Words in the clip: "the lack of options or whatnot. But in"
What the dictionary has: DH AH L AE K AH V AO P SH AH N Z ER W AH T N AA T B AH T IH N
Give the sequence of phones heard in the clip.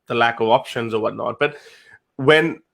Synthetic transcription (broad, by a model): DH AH L AE K AH V AO P SH AH N Z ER W AH T N AA T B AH T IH N